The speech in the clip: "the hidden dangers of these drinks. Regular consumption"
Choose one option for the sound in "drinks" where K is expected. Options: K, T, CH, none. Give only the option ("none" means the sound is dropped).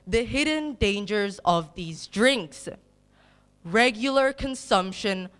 K